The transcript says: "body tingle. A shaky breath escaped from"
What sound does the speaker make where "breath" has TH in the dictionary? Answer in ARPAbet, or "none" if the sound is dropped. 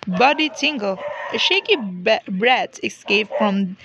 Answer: T